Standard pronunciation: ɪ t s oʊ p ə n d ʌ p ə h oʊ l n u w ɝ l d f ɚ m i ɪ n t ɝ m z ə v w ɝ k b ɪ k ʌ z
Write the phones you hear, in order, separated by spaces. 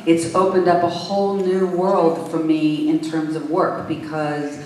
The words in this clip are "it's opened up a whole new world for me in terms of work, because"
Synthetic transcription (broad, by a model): ɪ t s oʊ p ə n d ʌ p ə h oʊ l n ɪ w ɝ l d f ɚ m i ɪ n t ɝ m z ə v w ɝ k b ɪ k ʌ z